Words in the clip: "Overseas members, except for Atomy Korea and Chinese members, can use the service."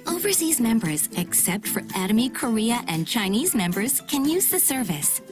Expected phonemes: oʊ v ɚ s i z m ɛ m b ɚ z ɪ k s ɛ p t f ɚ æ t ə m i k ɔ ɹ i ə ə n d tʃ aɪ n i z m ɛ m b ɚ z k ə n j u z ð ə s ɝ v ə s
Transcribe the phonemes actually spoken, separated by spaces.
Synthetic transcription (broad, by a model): oʊ v ɚ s i z m ɛ m b ɚ z ɪ k s ɛ p t f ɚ æ t ə m i k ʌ ɹ i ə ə n tʃ aɪ n i z m ɛ m b ɚ z k ə n j u z ð ə s ɝ v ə s